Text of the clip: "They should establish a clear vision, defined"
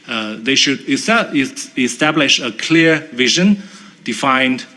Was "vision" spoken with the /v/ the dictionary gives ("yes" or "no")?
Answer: yes